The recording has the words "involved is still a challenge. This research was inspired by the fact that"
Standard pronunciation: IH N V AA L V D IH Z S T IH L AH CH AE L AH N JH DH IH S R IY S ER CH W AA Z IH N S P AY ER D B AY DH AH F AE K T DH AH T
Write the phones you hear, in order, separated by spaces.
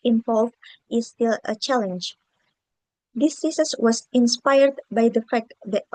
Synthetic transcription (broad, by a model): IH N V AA L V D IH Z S T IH L AH CH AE L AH N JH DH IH S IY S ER S W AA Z IH N S P AY ER D B AY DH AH F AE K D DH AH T